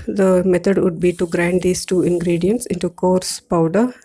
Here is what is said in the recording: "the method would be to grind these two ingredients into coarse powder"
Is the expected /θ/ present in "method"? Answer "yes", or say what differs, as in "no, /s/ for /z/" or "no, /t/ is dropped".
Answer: no, /t/ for /θ/